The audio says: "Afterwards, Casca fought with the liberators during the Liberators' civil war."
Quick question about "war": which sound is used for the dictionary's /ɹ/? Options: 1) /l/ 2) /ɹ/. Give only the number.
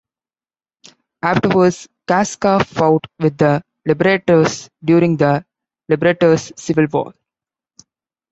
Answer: 1